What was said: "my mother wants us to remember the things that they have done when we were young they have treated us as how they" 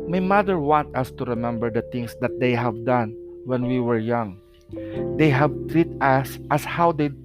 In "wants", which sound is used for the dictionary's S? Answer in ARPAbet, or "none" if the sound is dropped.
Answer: none